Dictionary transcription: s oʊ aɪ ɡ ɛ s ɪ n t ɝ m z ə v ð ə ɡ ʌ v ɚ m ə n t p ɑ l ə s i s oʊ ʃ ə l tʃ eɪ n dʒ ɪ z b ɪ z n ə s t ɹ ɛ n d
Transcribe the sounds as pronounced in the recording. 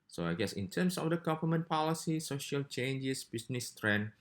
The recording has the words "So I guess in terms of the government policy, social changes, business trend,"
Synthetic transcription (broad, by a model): s oʊ aɪ ɡ ɛ s ɪ n t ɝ m s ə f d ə ɡ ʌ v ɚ m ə n p ɑ l ə s i s oʊ ʃ ə l tʃ eɪ n dʒ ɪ s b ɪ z n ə s t ɹ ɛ n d